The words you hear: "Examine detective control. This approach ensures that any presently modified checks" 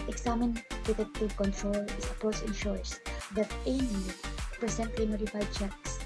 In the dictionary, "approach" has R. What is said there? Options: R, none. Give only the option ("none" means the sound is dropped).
none